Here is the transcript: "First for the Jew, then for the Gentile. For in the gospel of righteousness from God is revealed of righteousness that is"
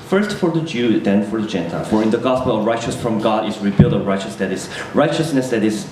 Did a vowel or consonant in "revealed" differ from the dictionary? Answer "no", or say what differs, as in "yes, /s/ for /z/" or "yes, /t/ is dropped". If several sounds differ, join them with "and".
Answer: yes, /b/ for /v/